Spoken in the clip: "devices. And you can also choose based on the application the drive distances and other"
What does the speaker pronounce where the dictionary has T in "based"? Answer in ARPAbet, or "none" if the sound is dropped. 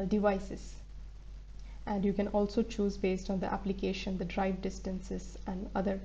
T